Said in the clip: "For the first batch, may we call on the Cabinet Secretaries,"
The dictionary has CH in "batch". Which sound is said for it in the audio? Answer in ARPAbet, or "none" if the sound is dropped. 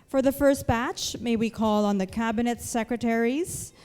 CH